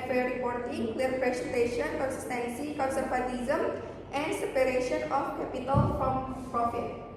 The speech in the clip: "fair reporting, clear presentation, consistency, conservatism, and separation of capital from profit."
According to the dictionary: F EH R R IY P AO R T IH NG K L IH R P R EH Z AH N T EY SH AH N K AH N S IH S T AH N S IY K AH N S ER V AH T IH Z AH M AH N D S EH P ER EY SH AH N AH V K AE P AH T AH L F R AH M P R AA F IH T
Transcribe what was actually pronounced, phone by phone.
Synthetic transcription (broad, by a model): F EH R R IY P AO R T IH NG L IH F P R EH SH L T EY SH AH N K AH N S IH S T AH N S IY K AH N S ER P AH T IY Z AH M AH N D S EH P ER EY SH AH N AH F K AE P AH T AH L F R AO M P R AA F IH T